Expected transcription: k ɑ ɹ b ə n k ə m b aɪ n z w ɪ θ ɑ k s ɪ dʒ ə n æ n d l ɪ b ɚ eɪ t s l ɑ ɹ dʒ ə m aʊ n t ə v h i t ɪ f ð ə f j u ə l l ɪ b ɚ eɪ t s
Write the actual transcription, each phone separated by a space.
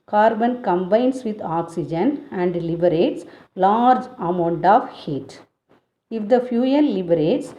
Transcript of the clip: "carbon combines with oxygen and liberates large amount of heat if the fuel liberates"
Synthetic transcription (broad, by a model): k ɑ ɹ b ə n k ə m b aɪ n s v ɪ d ɑ k s ɪ dʒ ə n æ n d l ɪ b ɚ eɪ t s l ɑ ɹ dʒ ə m aʊ n t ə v h i t ɪ f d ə f j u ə n l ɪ b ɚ eɪ t s